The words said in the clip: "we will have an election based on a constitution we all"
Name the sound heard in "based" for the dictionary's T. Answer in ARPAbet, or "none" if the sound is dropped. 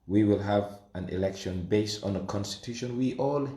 T